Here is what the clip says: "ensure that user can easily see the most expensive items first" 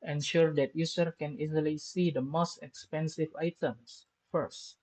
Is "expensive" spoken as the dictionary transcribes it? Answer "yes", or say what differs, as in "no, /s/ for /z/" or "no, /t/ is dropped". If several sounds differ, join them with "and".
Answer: yes